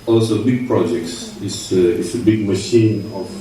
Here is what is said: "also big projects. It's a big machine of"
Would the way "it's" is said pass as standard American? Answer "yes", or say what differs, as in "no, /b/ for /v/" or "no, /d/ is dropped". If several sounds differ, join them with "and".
no, /s/ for /t/